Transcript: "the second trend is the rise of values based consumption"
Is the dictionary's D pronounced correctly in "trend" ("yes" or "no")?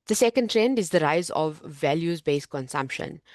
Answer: yes